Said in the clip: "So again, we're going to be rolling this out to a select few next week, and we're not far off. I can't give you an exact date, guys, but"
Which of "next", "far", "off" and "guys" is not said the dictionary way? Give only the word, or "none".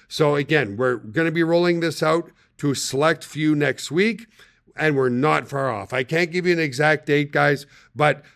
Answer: none